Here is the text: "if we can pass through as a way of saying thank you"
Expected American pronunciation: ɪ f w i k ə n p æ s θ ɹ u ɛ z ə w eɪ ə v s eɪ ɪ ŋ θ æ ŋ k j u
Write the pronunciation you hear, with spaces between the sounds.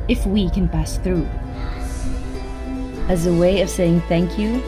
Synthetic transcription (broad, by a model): ɪ f w i k ə n p æ s θ ɹ u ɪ z ə w eɪ ə v s eɪ ɪ ŋ θ æ ŋ k j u